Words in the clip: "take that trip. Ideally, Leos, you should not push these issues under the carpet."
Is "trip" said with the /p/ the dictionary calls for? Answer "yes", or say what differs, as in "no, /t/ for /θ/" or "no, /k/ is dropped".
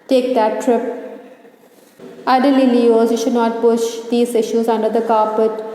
yes